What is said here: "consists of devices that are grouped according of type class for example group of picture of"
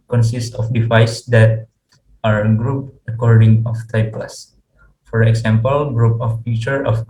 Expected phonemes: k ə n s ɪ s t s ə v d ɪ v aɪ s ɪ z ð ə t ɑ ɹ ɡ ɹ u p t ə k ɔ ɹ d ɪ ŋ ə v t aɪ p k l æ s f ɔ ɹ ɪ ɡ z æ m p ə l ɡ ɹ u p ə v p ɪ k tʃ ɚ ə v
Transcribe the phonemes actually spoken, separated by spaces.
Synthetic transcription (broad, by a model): k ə n s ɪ s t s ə f d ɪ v aɪ s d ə t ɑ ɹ ɡ ɹ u p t ə k ɔ ɹ d ɪ ŋ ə f t aɪ p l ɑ s f ɔ ɹ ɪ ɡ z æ m p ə l ɡ ɹ u p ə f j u tʃ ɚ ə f